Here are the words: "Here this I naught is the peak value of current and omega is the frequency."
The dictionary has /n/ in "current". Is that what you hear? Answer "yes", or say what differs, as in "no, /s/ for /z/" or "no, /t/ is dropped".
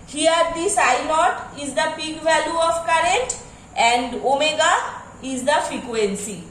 yes